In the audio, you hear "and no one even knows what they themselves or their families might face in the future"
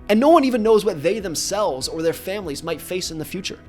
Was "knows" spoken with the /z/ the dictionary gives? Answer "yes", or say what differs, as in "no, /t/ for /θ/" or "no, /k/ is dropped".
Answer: yes